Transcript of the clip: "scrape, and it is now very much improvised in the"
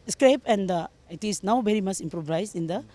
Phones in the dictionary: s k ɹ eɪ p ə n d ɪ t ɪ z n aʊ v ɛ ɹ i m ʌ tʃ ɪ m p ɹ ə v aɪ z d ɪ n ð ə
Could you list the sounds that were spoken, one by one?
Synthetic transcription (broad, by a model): s k ɹ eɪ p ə n d ɪ t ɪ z n aʊ b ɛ ɹ i m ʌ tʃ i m p ɹ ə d aɪ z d ɪ n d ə